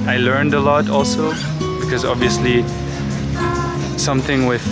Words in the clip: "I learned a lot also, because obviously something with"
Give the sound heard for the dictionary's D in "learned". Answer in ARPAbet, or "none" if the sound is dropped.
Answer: D